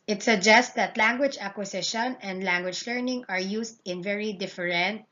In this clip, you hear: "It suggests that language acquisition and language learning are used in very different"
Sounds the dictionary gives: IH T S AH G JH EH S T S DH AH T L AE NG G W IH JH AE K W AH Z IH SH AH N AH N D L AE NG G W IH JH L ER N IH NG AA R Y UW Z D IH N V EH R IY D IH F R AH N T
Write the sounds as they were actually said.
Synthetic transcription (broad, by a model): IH T S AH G JH EH S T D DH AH T L AE NG G W IH JH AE K W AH S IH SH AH N AH N D L AE NG G W IH JH L ER N IH NG AA R Y UW S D IH N V EH R IY D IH F R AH N T